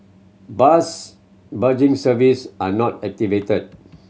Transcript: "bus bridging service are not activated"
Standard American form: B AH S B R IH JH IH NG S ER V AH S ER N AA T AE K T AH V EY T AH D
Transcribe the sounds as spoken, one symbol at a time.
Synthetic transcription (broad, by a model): B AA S B AH JH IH NG S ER V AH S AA N AA T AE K T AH V EY T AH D